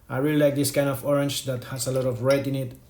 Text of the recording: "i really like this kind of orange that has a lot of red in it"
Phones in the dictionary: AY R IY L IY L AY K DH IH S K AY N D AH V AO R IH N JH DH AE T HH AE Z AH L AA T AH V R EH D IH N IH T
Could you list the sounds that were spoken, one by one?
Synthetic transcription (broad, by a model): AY R IY L IY L AY K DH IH S K AY N D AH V AO R IH N JH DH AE T HH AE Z AH L AA T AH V R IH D IH N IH T